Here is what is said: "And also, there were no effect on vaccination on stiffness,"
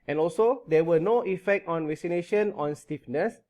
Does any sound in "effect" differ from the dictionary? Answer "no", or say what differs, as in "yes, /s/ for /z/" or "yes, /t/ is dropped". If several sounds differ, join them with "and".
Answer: no